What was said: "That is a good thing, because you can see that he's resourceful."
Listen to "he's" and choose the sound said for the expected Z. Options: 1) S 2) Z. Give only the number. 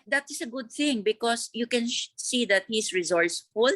1